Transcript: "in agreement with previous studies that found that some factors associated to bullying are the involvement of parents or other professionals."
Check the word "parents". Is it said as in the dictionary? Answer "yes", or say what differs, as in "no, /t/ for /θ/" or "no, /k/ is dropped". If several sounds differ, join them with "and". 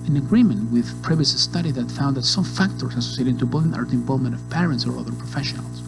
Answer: yes